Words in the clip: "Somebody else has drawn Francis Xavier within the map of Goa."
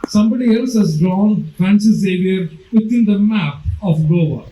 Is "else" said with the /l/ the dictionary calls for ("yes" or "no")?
yes